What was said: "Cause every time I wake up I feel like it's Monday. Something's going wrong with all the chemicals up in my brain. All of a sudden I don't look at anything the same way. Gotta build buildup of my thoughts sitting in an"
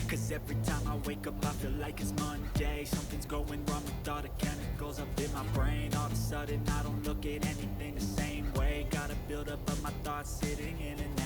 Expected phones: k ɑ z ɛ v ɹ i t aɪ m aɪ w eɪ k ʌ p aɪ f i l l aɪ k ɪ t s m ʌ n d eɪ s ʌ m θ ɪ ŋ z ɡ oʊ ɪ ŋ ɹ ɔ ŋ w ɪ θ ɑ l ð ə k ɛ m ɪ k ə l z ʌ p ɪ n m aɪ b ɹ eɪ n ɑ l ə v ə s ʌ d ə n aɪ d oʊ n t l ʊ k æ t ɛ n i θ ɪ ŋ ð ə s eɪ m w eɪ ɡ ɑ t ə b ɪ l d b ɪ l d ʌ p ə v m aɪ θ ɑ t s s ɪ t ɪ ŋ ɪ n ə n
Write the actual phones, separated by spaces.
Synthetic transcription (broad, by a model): k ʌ z ɛ v ɹ i t aɪ m aɪ w eɪ k ʌ p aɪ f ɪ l l aɪ k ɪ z m ʌ n d eɪ s ʌ m θ ɪ ŋ z ɡ oʊ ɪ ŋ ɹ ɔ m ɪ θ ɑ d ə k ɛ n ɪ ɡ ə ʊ z ʌ p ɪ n m aɪ b ɹ eɪ n ɑ l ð ə s ʌ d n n aɪ d oʊ n t l ʊ k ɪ t ɛ n i θ ɪ ŋ ð ə s eɪ m w eɪ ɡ ɑ t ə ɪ b ɪ l d ʌ p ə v m aɪ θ ɑ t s s ɪ t ɪ ŋ ɪ n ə n